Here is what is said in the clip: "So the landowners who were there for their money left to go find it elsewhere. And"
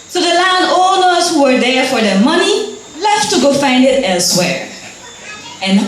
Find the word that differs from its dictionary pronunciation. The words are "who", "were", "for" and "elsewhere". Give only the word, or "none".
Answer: none